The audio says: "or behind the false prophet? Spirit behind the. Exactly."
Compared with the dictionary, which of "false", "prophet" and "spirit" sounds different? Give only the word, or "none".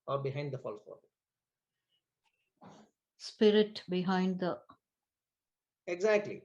prophet